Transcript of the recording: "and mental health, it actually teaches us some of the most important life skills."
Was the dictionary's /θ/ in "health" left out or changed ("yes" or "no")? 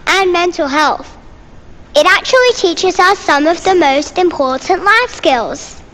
no